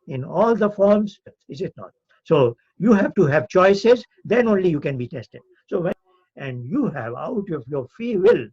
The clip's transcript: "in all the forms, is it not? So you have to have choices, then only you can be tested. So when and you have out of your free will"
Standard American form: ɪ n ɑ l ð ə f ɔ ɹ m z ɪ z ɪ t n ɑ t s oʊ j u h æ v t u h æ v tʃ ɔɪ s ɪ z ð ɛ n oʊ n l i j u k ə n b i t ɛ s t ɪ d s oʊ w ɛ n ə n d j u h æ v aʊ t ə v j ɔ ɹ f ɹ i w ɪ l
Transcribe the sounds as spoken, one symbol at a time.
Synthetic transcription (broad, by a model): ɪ n ɑ l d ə f ɔ ɹ m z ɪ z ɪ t n ɑ t s oʊ j u h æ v t u h æ v tʃ ɔɪ s ɪ z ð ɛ n oʊ n l i j u k ə n b i t ɛ s t ɪ d s oʊ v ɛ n ə n d j u h æ v aʊ t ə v j ɔ ɹ f i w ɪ l